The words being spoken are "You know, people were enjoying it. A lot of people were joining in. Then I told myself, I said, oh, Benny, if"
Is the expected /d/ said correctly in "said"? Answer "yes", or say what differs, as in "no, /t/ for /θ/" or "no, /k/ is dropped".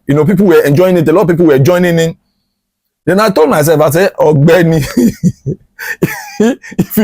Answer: no, /d/ is dropped